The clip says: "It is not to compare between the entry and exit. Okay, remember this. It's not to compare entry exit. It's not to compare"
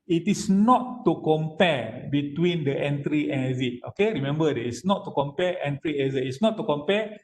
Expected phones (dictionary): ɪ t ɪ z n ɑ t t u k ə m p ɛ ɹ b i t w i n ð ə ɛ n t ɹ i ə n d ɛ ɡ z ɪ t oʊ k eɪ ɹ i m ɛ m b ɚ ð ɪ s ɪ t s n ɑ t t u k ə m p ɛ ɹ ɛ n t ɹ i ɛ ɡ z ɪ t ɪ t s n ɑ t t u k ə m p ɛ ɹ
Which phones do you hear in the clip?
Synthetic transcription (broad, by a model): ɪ t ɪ s n ɑ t t u k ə m p ɛ b i t w i n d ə ɛ n t ɹ i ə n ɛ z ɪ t oʊ k eɪ ɹ i m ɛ m b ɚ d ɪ ɪ s n ɑ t t u k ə m p ɛ ɛ n t ɹ i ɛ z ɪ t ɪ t s n ɑ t t u k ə m p ɛ